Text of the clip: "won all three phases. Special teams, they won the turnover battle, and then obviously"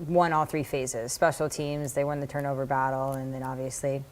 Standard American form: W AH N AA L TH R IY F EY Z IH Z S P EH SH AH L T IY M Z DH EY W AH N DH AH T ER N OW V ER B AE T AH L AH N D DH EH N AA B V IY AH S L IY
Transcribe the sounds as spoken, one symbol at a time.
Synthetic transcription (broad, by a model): W AH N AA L TH R IY F EY Z IH Z S P EH SH L T IY M Z DH EY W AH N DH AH T ER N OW V ER B AE T L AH N DH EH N AA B V IY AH S L IY